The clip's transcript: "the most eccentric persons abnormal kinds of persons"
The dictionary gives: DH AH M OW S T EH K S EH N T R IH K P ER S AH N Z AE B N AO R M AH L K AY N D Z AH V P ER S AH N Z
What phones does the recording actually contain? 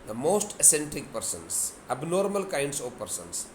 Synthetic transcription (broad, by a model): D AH M OW S T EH S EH N T IH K P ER S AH N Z AE B N AO R M AH L K AY N D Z AH V P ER S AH N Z